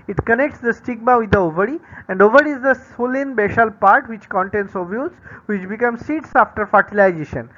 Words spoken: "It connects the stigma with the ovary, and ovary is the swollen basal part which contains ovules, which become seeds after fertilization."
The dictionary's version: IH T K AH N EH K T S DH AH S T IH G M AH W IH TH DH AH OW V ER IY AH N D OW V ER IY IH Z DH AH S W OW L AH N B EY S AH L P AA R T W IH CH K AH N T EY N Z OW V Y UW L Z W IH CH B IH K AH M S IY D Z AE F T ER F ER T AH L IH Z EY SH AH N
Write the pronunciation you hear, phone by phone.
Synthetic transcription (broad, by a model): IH T K AH N EH K T S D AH S T IH G M AH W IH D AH OW V ER IY AH N D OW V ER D IH Z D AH S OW L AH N B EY SH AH L P AA R T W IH CH K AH N T EY N S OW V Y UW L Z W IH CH B IH K AH M S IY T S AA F T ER F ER T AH L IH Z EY SH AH N